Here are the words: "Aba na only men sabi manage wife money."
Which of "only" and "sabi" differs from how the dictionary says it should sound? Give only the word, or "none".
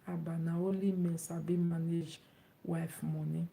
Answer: only